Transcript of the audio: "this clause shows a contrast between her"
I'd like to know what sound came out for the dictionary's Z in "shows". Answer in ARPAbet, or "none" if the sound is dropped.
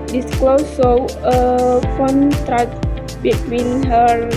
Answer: none